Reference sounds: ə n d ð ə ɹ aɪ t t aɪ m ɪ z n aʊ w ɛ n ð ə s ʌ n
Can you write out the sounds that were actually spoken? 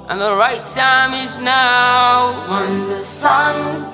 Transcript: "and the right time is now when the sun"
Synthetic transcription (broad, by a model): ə n ð ə ɹ aɪ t t aɪ m ɪ z n aʊ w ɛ n ð ə s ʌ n